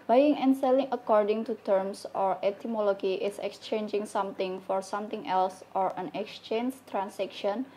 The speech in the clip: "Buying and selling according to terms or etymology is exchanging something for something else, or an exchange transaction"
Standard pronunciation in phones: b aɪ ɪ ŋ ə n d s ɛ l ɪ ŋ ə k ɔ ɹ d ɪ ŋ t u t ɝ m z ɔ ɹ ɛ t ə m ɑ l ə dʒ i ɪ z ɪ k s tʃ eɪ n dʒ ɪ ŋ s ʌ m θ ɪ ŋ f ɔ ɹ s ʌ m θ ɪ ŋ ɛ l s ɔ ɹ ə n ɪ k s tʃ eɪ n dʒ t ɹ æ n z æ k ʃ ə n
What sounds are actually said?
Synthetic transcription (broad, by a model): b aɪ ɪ ŋ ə n s ɛ l ɪ ŋ ə k ɔ ɹ d ɪ ŋ t u t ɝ m s ɔ ɹ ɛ t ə m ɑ l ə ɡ i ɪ s ɪ k s tʃ eɪ n dʒ ɪ ŋ s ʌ m t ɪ ŋ f ɔ ɹ s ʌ m t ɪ ŋ ɛ l s ɔ ɹ ə n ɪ k s tʃ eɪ n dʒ t ɹ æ n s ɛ k ʃ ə n